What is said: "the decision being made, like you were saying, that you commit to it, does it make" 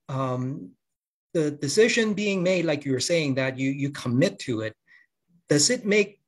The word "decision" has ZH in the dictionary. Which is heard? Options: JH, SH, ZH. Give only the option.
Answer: ZH